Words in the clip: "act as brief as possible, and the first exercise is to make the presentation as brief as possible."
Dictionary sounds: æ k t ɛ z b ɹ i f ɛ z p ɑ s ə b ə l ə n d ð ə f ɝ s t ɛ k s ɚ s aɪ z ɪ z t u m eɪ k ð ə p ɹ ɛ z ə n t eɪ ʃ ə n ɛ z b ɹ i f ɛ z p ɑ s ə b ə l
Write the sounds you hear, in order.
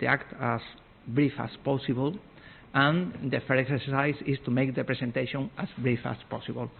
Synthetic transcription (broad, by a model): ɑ k t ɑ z b ɹ i f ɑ s p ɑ s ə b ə l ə n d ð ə f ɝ t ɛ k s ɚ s aɪ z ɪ s t u m eɪ k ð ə p ɹ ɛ s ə n t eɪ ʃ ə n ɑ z b ɹ i f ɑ s p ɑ s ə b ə l